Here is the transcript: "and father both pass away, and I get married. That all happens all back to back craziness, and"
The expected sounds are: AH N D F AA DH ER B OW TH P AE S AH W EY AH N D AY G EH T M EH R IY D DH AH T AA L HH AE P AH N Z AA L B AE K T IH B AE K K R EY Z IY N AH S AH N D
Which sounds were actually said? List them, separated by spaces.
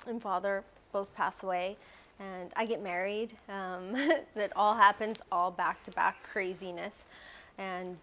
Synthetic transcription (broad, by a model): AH N F AA DH ER B OW TH P AE S AH W EY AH N AY G EH T M EH R IY D DH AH T AA L HH AE P AH N Z AA L B AE K T IH B AE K K R EY Z IY N AH S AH N